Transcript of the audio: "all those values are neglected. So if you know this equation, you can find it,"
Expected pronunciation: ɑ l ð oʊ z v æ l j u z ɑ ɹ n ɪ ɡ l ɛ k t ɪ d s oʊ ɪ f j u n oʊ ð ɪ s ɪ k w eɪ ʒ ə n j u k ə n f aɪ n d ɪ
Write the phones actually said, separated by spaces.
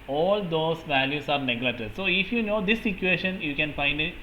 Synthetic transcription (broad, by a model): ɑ l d oʊ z v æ l j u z ɑ ɹ n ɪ ɡ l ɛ t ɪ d s oʊ ɪ f j u n oʊ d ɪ s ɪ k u eɪ ʃ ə n j u k ə n f aɪ n d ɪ